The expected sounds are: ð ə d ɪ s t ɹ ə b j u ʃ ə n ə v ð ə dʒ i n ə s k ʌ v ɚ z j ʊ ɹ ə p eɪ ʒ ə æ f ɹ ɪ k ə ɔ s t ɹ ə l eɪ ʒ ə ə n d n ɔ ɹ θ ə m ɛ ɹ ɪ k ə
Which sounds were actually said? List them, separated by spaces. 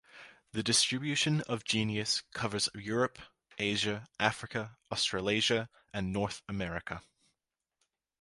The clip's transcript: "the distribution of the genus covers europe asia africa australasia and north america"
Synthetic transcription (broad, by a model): ð ə d ɪ s t ɹ ə b j u ʃ ə n ə v dʒ i n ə s k ʌ v ɚ z j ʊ ɹ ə p eɪ ʒ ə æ f ɹ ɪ k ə ɔ s t ɹ ə l eɪ ʒ ə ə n n ɔ ɹ θ ə m ɛ ɹ ɪ k ə